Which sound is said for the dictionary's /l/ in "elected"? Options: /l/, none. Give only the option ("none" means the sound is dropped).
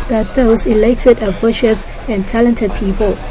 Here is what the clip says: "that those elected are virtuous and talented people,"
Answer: /l/